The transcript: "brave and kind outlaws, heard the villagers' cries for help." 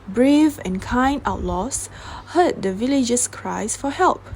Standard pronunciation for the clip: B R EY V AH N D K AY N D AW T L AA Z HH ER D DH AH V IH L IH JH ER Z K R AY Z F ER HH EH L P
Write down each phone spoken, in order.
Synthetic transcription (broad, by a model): B R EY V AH N K AY N AW T L AA S HH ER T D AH V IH L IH JH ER S K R AY S F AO HH EH L P